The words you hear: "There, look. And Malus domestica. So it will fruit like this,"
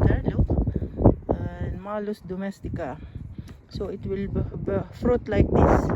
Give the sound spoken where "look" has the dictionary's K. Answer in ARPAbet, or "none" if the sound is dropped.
none